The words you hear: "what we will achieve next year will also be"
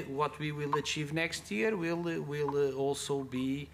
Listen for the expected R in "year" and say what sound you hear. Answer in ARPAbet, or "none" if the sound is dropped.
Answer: L